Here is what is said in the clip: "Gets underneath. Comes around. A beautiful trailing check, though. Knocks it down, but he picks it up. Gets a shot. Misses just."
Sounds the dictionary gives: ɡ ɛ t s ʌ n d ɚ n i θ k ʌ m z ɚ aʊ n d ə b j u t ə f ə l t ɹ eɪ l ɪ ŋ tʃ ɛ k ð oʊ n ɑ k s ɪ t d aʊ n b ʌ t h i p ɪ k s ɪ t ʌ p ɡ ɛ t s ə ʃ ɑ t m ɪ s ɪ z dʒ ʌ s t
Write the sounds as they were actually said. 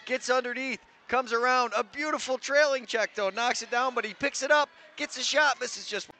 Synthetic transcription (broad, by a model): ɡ ɛ t s ʌ n d ɚ n i θ k ʌ m z ɚ aʊ n d ə b j u t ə f l t ɹ eɪ l ɪ ŋ tʃ ɛ k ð oʊ n ɑ k s ɪ t d aʊ n b ʌ t h i p ɪ k s ɪ t ʌ p ɡ ɛ t s ə ʃ ɑ t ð ɪ s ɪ z dʒ ʌ s t